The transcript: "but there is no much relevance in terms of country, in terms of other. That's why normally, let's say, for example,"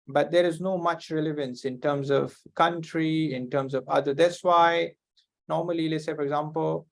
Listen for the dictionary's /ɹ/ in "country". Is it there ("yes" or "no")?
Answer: yes